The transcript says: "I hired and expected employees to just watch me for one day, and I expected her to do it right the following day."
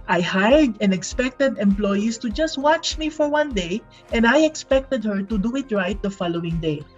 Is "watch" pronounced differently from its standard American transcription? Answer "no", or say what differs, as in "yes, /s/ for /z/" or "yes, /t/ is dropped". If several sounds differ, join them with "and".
no